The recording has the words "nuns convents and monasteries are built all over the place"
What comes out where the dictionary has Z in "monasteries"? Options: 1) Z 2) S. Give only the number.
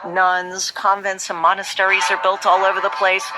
1